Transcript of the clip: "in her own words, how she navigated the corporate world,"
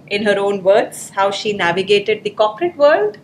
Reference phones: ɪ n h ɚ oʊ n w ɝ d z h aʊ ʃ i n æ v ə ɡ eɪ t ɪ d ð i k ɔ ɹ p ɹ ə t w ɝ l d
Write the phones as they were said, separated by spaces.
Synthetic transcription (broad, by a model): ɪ n h ɚ oʊ n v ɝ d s h aʊ ʃ i n æ v ə ɡ eɪ t ɪ d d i k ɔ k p ɹ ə t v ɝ l d